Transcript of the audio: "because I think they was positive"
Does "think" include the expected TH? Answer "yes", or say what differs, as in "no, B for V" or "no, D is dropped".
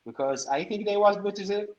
yes